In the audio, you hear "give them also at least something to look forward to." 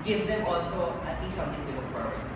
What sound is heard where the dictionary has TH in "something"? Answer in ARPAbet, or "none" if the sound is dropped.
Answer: T